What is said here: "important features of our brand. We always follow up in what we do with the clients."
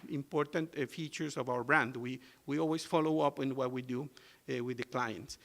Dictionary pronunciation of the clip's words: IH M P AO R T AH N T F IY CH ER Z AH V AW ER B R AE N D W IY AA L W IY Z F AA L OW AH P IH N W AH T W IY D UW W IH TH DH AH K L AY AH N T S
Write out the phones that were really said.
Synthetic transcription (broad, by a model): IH M P AO R T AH N T F IY CH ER S AH V AW ER B R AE N D W IY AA L W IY S F AA L OW AH P IH N W AH T W IY D UW W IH DH AH K L AY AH N T S